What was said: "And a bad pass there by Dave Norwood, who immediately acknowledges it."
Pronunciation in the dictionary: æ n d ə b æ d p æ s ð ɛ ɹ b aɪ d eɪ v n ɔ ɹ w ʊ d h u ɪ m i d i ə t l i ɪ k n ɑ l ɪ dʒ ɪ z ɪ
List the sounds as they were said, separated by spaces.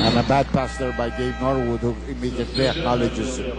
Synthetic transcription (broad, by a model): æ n ə b æ d p æ s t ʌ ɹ b aɪ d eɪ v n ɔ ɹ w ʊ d h u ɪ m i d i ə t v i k ɑ l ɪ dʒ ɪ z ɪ